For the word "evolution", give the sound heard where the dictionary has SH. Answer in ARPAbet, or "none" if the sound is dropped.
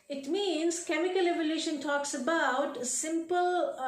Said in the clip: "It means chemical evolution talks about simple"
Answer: SH